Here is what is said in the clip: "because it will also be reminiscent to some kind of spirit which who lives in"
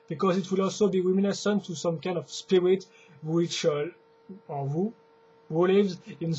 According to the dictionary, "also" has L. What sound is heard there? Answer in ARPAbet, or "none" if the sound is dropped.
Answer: L